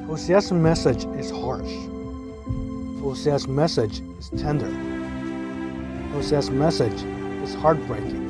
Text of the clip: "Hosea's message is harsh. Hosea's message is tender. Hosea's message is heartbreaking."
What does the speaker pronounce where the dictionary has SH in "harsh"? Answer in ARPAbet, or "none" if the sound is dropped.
SH